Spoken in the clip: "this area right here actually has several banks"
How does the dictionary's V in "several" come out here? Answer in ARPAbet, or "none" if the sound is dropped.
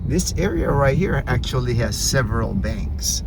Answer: V